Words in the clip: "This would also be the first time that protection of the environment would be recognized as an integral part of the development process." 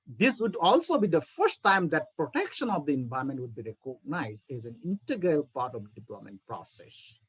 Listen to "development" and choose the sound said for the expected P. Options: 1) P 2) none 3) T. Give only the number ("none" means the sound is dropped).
2